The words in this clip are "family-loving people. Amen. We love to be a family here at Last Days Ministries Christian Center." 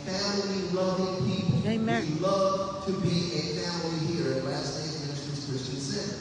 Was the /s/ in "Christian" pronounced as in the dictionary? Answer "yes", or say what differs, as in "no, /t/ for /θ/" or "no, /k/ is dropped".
yes